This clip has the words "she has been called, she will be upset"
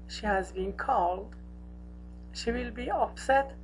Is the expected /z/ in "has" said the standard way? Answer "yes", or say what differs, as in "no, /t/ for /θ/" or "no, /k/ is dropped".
yes